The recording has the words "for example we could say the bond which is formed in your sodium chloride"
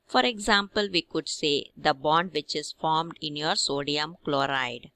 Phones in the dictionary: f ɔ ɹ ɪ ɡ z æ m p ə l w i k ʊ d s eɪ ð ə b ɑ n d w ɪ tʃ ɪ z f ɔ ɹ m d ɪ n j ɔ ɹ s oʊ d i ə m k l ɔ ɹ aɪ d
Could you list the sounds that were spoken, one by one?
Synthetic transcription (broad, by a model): f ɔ ɹ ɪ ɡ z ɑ m p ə l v i k ʊ d s eɪ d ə b ɑ n d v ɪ tʃ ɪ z f ɔ ɹ m d ɪ n j ɔ ɹ s oʊ d i ə m k l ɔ ɹ aɪ d